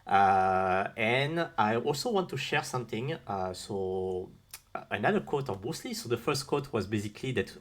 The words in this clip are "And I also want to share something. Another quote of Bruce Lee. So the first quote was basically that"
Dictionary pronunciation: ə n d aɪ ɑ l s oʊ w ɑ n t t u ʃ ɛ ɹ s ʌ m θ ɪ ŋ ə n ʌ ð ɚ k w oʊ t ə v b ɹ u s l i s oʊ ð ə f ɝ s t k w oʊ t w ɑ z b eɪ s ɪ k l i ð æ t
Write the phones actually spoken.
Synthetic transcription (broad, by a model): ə n aɪ ɑ l s oʊ w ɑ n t t u ʃ ɛ ɹ s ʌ m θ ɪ ŋ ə n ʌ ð ɚ k oʊ t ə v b u s l i s oʊ ð ə f ɝ s t k oʊ t w ɑ z b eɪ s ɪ k l i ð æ t